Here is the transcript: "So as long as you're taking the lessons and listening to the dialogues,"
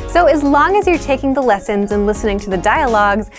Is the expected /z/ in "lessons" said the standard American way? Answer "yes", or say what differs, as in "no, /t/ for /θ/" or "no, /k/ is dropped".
yes